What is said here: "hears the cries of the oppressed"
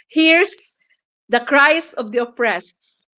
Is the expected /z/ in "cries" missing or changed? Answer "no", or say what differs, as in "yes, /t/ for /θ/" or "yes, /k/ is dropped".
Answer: yes, /s/ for /z/